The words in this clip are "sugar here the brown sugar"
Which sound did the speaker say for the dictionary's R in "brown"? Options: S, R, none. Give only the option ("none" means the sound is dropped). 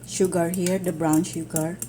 R